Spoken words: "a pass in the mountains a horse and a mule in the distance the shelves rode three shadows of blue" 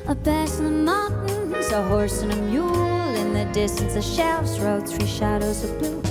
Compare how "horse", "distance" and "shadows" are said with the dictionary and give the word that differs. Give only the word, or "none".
none